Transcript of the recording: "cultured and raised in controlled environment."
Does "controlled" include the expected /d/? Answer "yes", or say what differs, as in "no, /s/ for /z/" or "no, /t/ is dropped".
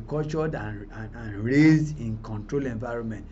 no, /d/ is dropped